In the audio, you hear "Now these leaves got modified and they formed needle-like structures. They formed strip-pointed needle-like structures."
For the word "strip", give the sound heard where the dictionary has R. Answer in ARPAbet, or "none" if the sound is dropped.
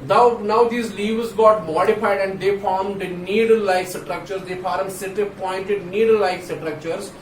none